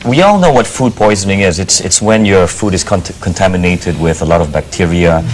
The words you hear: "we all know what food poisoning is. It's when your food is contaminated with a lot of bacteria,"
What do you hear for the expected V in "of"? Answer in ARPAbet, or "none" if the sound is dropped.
V